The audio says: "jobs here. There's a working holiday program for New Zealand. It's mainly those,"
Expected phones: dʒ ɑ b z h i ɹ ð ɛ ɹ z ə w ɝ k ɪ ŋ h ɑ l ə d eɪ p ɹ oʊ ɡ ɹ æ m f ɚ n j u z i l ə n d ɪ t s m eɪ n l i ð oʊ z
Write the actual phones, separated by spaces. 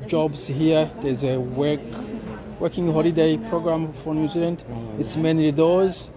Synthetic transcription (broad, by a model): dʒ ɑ b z h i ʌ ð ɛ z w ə w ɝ k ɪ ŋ h ɑ l ə d eɪ p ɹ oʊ ɡ ɹ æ m f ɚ n j u z i l ə n d ɪ t s m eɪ n i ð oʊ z